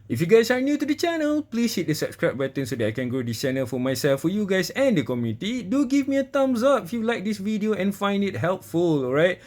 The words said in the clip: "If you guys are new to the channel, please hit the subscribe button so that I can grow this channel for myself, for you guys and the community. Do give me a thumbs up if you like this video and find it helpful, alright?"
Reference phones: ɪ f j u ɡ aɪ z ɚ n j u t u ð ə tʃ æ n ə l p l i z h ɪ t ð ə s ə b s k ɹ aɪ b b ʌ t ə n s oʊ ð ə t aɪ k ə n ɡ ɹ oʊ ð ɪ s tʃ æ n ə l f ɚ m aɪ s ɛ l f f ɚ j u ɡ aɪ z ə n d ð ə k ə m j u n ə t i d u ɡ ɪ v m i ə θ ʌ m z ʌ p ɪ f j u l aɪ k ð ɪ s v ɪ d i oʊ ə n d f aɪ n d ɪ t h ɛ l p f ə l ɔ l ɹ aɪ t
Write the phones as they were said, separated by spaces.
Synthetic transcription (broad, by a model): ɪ f j u ɡ aɪ s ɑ n j u t u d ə tʃ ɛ n ə l p l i s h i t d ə s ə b s k ɹ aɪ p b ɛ t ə n s oʊ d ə t aɪ k ə n ɡ ɹ oʊ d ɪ s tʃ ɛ n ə l f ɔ m aɪ s ɛ l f f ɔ j u ɡ aɪ s ə n d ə k ə m j u n ə t i d u ɡ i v m i ə t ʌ m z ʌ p ɪ f j u l aɪ k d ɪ s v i d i oʊ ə n f aɪ n d ɪ t h ɛ l p f ə l ɔ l ɹ aɪ t